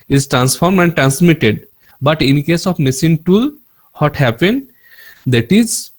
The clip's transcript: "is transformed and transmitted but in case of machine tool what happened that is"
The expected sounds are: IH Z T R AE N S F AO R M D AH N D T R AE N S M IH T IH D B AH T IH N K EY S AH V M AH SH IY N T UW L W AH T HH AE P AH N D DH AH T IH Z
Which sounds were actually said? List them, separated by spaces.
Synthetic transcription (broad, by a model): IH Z T R AE N S F AO R M D AH N D T R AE N S M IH T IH D B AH T IH N K EY S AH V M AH S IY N T UW L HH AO T HH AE P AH N D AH T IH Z